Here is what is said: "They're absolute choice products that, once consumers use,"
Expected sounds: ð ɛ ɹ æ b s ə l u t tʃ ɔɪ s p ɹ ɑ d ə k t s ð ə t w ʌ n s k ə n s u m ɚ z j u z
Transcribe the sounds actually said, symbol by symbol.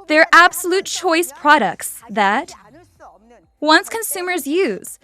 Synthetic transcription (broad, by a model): ð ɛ ɹ æ b s ə l u t tʃ ɔɪ s p ɹ ɑ d ə k t s ð ə t w ʌ n s k ə n s u m ɚ z j u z